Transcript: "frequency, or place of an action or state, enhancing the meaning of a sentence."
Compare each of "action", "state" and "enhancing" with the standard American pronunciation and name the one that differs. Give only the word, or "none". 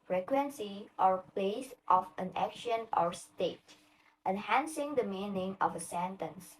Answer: none